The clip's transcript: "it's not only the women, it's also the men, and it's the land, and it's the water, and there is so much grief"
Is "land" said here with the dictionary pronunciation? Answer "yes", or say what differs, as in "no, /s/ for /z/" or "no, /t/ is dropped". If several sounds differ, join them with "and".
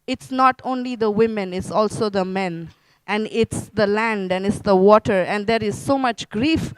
yes